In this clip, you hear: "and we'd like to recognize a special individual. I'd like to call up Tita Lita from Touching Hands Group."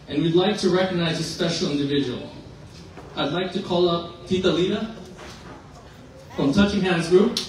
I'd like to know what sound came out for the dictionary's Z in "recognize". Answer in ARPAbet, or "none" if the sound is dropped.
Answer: Z